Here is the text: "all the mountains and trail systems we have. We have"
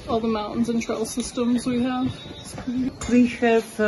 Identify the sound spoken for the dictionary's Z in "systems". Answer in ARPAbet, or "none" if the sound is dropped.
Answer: Z